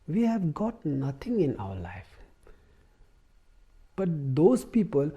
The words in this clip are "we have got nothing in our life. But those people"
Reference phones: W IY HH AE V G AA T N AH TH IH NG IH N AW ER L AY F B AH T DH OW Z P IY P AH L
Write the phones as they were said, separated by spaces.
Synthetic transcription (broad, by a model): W IY HH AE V G AA T N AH T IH NG IH N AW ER L AY F B AH T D OW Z P IY P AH L